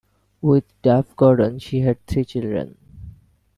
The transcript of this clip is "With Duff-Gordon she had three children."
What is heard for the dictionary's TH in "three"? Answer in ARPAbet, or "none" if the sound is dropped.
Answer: T